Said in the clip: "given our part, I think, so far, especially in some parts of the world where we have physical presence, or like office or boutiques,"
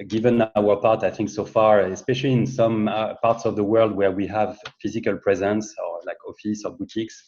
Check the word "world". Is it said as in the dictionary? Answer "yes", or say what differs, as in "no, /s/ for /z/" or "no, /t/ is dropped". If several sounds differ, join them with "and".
yes